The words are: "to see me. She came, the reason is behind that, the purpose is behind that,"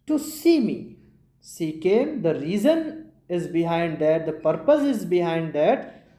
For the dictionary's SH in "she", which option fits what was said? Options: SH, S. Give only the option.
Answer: S